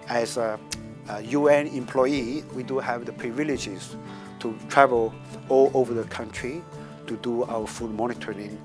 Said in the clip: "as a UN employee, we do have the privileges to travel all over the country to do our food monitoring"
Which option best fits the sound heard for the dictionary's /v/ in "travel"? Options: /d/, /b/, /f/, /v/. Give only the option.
/v/